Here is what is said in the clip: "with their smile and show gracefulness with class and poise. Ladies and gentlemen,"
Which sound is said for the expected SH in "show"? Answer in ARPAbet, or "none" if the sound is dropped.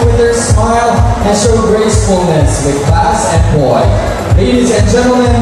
S